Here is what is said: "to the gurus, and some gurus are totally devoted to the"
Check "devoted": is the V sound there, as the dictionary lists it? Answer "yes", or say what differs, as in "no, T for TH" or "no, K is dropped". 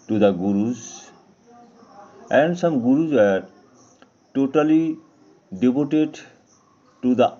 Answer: no, B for V